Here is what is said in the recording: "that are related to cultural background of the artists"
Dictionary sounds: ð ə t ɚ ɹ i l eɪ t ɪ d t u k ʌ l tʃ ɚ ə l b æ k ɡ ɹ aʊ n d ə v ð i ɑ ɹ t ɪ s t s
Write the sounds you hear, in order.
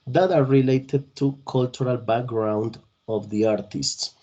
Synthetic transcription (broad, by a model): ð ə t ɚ ɹ i l eɪ t ɪ d t u k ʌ l tʃ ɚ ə l b æ k ɡ ɹ aʊ n d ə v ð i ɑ ɹ t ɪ s t s